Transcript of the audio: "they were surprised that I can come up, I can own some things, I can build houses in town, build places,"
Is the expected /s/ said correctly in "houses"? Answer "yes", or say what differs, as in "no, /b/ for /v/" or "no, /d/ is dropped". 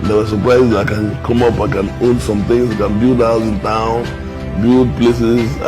no, /s/ is dropped